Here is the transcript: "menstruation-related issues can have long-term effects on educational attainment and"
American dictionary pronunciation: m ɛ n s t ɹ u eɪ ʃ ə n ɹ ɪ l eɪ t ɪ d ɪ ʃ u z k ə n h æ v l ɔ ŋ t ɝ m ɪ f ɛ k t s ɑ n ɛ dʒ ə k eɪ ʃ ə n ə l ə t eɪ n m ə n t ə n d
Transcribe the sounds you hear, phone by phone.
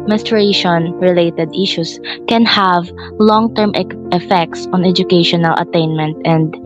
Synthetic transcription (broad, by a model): m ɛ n s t ɹ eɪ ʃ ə n ɹ ɪ l eɪ t ɪ d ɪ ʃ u s k ə n h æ v l ɔ ŋ t ɝ m ɪ f ɛ k t s ɑ n ɛ dʒ ə k eɪ ʃ ə n ə l ə t eɪ n m ə n t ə n d